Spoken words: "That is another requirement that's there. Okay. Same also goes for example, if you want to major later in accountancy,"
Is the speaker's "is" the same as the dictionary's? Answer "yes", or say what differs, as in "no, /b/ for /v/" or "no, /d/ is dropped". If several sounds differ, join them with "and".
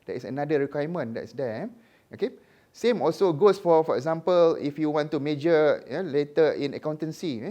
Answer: no, /s/ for /z/